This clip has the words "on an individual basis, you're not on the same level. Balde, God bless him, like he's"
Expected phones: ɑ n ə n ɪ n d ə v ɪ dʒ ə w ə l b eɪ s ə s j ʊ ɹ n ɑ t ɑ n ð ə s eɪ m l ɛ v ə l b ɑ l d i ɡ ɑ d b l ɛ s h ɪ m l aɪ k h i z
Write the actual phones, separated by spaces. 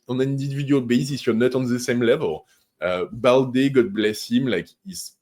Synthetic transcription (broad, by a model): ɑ n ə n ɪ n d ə ɪ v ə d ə l b eɪ s ə s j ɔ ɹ n ɑ t ɑ n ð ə s eɪ m l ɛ v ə l b ɑ l d i ɡ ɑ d b l ɛ s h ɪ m l aɪ k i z